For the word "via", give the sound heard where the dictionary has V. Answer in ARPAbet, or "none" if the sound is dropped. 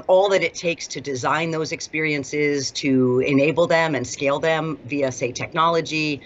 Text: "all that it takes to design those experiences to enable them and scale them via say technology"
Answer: V